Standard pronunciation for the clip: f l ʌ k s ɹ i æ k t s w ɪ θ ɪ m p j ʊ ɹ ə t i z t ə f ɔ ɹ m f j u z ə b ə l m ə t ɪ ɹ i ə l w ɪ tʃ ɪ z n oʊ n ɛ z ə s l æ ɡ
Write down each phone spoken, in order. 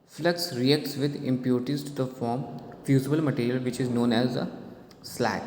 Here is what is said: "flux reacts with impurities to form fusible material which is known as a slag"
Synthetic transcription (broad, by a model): f l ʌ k s ɹ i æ k t s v ɪ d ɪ m p j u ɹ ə t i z t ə f ɔ ɹ m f j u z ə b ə l m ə t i ɹ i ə l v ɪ tʃ ɪ z n oʊ n ɛ z ə s l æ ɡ